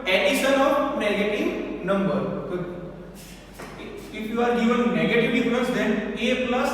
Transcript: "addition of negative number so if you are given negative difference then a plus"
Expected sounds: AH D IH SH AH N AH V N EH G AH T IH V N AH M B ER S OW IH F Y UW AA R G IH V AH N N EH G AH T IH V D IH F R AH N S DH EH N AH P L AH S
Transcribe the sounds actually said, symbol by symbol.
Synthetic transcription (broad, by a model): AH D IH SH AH N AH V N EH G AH T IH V N AH M B ER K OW IH F Y UW AA R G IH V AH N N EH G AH T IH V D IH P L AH S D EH N AH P L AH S